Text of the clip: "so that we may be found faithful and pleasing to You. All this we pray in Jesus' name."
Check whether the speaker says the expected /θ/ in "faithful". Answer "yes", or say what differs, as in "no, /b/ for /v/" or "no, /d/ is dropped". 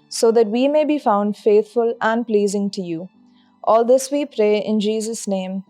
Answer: no, /t/ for /θ/